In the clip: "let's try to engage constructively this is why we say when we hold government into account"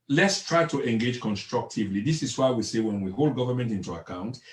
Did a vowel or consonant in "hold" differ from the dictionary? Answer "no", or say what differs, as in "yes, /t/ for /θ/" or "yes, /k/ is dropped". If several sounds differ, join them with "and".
no